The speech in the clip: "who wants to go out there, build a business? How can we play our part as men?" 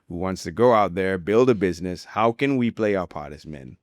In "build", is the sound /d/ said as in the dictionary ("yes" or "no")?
yes